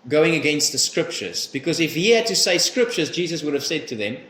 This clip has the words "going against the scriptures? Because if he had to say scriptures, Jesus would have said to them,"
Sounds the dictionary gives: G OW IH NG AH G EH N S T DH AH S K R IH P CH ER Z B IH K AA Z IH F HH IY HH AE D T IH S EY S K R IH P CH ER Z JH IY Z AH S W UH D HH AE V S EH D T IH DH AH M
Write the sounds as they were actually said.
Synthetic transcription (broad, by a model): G OW IH NG AH G EH N S T DH AH S K R IH P CH ER Z B IH K AA Z IH F HH IY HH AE D T IH S EY S K R IH P CH ER Z JH IY Z AH S W UH D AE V S EH D T IH DH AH M